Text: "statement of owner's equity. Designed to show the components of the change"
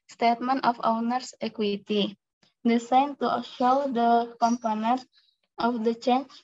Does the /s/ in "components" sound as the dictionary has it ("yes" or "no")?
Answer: no